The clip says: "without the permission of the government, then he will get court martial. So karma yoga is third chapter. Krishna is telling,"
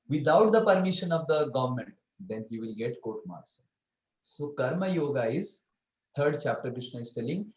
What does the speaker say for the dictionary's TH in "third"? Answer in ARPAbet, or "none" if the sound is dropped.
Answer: T